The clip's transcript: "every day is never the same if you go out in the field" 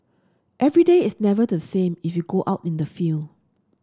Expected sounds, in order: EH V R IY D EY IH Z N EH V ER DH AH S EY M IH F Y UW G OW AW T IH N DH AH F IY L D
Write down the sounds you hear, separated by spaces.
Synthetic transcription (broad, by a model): EH V R IY D EY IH S N EH V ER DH AH S EY M IH F Y UW G OW AW T IH N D AH F IY L